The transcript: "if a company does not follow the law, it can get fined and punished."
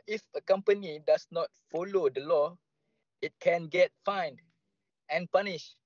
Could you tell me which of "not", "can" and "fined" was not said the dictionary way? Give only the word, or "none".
none